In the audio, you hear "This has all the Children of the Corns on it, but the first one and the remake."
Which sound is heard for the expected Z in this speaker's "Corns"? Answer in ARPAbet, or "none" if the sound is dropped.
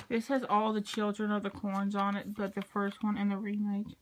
Z